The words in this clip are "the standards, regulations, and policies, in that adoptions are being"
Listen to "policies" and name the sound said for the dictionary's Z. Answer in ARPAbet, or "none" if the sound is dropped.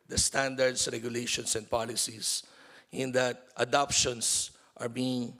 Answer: S